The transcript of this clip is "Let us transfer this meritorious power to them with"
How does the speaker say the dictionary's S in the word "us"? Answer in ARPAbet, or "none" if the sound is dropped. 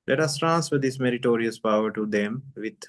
S